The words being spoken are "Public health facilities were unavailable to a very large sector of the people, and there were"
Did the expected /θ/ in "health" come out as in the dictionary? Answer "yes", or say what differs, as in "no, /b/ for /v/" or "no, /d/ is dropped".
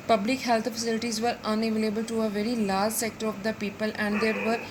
no, /t/ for /θ/